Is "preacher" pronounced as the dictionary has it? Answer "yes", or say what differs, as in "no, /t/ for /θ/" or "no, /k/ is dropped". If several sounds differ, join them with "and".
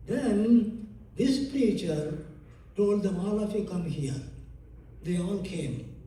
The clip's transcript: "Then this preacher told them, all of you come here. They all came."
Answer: yes